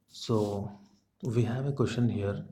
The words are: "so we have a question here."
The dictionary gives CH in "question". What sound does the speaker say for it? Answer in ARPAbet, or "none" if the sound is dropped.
SH